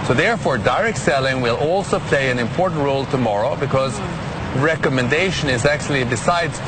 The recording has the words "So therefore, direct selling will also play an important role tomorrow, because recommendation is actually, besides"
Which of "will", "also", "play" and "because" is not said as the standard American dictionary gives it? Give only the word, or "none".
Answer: none